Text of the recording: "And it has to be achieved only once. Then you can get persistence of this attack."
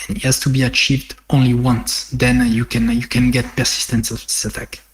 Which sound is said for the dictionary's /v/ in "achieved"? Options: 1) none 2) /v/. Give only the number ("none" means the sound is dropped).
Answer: 2